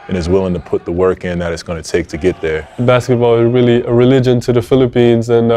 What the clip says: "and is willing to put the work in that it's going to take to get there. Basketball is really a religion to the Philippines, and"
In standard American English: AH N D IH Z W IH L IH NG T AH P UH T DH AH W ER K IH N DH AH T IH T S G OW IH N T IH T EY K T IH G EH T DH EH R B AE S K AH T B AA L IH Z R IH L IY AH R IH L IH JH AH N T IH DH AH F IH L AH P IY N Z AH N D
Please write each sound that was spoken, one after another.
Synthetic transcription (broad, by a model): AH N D IH Z W IH L IH NG T AH P UH T DH AH W ER K IH N DH AH T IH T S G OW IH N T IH T EY K T IH G EH T DH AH R B AE S K AH T B AA L IH Z R IH L IY AH R IH L IH JH AH N T IH DH AH F IH L AH P IY N Z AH N